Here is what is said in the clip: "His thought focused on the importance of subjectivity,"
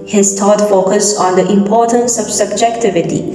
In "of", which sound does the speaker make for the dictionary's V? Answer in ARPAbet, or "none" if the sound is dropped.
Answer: B